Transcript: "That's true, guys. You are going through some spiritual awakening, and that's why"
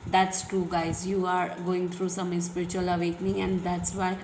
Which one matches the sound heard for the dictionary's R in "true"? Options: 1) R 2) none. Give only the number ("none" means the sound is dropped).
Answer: 2